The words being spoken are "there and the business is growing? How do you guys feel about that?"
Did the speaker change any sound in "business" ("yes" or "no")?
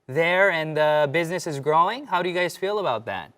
no